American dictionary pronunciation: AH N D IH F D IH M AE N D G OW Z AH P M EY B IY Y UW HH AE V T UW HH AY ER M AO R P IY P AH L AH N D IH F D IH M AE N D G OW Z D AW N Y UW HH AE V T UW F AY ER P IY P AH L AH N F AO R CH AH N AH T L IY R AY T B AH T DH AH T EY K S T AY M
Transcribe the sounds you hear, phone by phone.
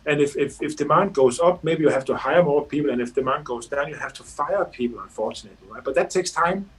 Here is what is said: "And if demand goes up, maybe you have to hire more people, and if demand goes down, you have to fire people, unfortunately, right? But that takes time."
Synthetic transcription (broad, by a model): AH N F IH F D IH M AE N D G OW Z AH P M EY B IY Y UW HH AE F T UW HH AY ER M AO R P IY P L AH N IH F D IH M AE N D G OW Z D AW N Y UW HH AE F T UW F AY ER P IY P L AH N F AO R CH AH N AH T L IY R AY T B AH T DH AH T EY K S T AY M